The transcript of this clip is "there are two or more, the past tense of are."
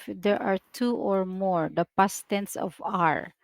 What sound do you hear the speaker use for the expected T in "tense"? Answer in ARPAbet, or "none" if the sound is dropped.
T